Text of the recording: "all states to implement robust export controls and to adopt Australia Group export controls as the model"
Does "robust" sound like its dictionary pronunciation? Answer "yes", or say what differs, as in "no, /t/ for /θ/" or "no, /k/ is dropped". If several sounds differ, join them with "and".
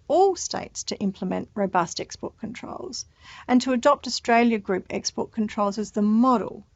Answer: yes